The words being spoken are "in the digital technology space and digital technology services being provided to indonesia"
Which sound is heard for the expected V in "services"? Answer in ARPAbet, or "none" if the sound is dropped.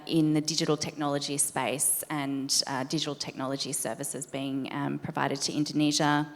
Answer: V